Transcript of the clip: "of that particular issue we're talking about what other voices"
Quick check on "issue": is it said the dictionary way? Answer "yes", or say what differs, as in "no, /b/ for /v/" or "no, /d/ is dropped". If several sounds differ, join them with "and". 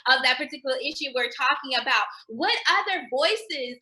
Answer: yes